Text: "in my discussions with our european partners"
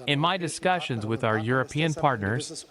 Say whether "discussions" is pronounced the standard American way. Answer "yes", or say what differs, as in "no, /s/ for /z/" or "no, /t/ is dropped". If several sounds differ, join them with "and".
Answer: yes